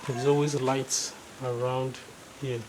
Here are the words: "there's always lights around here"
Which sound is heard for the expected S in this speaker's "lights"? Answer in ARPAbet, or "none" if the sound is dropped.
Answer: S